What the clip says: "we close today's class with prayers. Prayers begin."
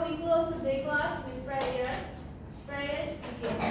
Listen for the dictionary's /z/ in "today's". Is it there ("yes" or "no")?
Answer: no